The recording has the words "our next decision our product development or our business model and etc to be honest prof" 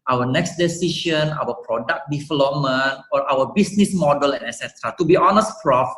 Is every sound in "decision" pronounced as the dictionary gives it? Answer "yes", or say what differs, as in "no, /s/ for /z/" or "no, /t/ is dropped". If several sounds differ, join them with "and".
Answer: no, /ʃ/ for /ʒ/